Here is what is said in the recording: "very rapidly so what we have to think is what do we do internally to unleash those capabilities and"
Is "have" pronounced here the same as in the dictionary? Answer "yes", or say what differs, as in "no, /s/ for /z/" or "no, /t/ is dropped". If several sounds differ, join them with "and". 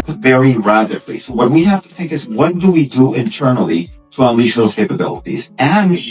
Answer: no, /f/ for /v/